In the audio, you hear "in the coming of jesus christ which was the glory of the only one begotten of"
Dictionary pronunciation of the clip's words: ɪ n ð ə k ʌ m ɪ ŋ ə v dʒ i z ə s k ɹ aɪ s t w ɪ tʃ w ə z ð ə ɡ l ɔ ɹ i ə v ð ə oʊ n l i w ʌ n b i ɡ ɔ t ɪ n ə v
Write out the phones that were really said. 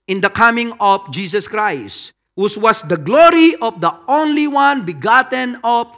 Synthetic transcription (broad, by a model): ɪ n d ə k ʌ m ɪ ŋ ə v dʒ i s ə s k ɹ aɪ s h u s w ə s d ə ɡ l ɔ ɹ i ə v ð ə oʊ n l i w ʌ n b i ɡ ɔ t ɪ n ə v